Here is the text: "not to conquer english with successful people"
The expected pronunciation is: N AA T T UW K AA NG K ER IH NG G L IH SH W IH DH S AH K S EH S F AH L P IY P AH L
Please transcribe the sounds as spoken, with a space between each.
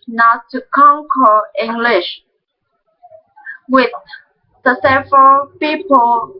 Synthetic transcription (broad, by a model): N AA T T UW K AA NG K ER IH NG G L IH SH W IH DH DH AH S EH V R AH L P IY P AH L